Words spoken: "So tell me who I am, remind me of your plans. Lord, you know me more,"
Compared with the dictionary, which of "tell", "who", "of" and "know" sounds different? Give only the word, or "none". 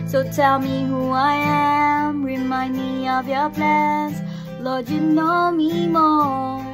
none